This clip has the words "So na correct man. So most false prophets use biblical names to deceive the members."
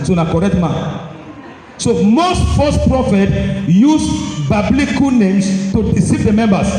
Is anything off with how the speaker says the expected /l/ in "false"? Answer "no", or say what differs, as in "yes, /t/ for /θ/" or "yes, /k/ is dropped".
yes, /l/ is dropped